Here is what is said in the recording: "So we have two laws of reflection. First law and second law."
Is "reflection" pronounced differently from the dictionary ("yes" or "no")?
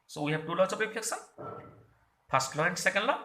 yes